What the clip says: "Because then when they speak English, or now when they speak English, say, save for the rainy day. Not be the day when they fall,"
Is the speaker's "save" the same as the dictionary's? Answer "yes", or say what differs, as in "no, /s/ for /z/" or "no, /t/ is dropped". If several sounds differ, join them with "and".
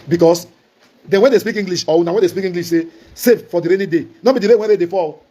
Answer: no, /f/ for /v/